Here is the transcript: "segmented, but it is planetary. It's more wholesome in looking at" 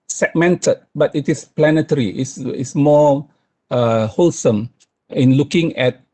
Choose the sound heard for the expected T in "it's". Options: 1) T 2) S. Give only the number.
2